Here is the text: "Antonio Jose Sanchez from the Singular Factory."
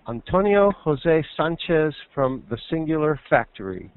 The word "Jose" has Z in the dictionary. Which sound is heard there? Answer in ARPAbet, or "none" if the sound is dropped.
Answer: Z